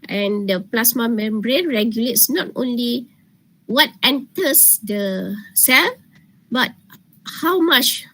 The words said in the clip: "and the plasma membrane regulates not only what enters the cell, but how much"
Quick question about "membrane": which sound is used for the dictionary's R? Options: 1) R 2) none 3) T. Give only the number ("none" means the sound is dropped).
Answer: 1